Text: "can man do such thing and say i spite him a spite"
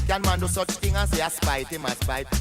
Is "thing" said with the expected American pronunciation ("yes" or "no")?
no